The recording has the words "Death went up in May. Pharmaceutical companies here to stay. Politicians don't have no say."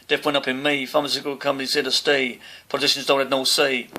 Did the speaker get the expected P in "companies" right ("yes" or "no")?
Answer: no